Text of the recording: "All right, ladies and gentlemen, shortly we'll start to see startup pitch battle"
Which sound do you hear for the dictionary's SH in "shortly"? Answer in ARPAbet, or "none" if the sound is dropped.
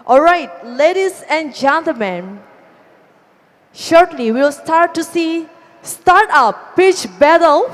SH